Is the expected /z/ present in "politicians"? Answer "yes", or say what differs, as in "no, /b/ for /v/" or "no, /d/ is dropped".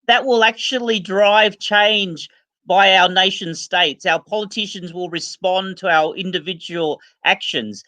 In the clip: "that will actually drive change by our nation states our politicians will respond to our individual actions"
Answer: yes